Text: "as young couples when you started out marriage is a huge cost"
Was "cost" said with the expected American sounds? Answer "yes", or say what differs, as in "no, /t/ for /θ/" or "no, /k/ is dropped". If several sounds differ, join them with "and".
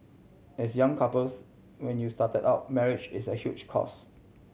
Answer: no, /t/ is dropped